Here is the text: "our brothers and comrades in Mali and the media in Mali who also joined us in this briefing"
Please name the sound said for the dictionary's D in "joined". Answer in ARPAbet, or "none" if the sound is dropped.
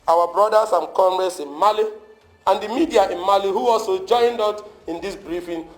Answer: D